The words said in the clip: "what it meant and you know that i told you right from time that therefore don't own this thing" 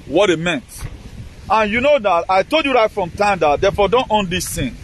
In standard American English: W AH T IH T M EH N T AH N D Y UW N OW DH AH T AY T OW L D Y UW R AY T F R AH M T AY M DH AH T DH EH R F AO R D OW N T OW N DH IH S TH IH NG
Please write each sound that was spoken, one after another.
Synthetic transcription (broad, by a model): W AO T IH T M EH N T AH N Y UW N OW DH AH T AY T OW L D Y UW R AY T F R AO M T AY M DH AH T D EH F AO D OW N T OW N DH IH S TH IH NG